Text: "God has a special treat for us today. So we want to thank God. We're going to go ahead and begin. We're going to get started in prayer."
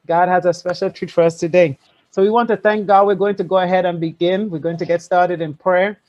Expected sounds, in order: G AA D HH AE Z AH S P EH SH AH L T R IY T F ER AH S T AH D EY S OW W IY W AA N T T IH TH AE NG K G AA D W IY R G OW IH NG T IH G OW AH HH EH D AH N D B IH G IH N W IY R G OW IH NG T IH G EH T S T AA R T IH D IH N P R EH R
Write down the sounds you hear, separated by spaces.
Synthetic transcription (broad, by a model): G AA D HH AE Z AH S P EH SH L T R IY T F ER AH S T AH D EY S OW W IY W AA N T T IH TH AE NG K G AA D W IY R G OW IH NG T IH G OW AH HH EH D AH N B IH G IH N W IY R G OW IH NG T IH G EH T S T AA R T IH D IH N P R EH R